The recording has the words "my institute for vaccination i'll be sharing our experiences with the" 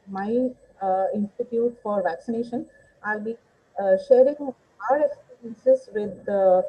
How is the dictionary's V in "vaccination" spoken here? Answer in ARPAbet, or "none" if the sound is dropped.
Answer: V